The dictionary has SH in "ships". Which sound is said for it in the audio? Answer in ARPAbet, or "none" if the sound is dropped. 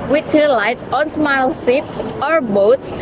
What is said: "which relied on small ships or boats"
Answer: S